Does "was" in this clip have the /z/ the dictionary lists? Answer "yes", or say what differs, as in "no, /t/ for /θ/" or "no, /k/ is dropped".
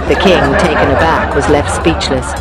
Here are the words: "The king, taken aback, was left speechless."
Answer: yes